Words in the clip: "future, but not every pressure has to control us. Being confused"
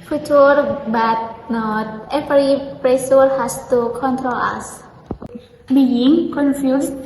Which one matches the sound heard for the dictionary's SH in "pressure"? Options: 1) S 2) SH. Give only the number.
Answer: 1